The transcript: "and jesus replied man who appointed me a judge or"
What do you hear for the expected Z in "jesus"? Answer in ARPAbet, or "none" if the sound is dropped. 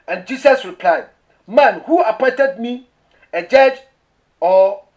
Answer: S